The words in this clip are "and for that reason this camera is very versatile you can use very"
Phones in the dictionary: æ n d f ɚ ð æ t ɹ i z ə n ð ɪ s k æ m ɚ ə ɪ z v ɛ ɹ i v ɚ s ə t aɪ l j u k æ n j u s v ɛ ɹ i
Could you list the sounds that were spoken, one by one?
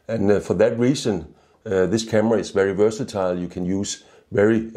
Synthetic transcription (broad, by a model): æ n f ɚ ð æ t ɹ i s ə n ð ɪ s k æ m ɚ ə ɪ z v ɛ ɹ i v ɚ s ə t aɪ l j u k æ n j u s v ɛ ɹ i